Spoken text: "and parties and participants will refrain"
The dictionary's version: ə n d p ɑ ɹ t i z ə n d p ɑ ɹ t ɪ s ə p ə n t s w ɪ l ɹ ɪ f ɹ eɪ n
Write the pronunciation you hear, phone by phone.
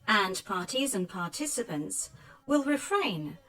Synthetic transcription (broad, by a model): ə n p ɑ ɹ t i z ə n p ɑ ɹ t ɪ s ə p ə n t s w ɪ l ɹ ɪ f ɹ eɪ n